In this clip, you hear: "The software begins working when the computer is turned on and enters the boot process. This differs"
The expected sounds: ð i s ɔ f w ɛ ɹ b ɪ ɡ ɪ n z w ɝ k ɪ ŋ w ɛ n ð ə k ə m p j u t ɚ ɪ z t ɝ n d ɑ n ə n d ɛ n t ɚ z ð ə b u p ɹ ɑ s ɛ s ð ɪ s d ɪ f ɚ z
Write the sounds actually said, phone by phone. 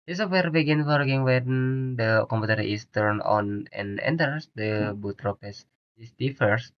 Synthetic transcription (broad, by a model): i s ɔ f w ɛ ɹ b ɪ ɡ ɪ n w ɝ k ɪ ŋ w ɛ n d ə k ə m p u t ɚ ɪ s t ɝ n ɑ n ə n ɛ n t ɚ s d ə b u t ɹ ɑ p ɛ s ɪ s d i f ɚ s